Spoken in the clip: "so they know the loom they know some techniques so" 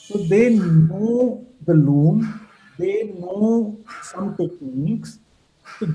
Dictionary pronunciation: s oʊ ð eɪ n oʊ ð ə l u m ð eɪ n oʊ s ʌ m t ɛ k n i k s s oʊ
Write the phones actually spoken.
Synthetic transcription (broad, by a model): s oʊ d eɪ n oʊ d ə l u m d eɪ n oʊ s ʌ m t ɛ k i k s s